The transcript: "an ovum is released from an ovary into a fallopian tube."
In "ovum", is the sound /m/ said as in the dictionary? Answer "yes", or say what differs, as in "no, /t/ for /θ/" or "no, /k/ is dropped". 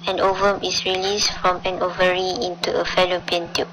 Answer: yes